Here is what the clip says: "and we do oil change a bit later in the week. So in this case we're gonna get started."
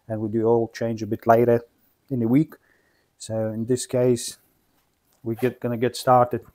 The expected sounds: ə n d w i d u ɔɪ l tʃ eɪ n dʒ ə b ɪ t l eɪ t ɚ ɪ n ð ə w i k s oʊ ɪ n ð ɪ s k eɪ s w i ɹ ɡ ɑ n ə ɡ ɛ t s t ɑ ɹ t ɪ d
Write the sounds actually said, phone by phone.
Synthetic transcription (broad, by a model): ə n w i d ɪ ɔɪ l tʃ eɪ n dʒ ə b ɪ t l eɪ t ɚ ɪ n ð ə w i k s oʊ ɪ n ð ɪ s k eɪ s w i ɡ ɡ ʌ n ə ɡ ɛ t s t ɑ ɹ t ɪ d